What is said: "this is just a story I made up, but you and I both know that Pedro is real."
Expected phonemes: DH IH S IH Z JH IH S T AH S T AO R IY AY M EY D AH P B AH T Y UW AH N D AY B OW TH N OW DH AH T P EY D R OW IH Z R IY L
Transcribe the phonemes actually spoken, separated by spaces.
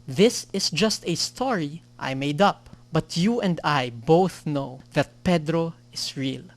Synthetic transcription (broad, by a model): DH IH S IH S JH IH S T AH S T AO R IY AY M EY D AH P B AH T Y UW AH N D AY B OW TH N OW DH AH T P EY D R OW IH S R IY L